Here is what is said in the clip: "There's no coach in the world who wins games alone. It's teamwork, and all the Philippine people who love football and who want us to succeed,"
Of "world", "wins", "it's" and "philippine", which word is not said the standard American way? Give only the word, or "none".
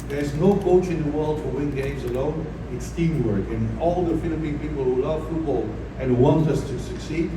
wins